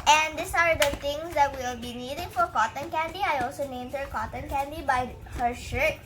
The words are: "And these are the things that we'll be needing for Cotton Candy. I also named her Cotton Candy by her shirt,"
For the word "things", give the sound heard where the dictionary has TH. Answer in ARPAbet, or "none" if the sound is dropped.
T